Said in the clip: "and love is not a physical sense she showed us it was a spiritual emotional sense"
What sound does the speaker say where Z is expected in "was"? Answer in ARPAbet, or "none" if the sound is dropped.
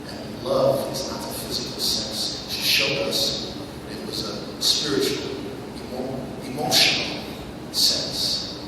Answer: Z